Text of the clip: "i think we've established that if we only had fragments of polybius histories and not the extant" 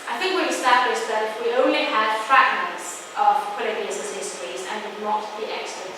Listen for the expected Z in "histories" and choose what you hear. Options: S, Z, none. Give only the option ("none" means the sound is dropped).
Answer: Z